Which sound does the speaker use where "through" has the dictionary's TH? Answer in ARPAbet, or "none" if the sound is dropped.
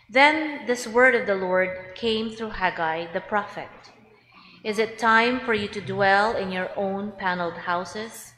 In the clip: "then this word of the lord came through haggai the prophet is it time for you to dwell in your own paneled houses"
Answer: TH